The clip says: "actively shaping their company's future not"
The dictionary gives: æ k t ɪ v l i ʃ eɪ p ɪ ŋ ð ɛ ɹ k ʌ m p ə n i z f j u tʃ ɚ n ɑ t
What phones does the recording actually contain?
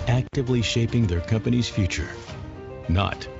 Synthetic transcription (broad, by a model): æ k t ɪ v l i ʃ eɪ p ɪ ŋ ð ɛ ɹ k ʌ m p ə n i z f j u tʃ ɚ n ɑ t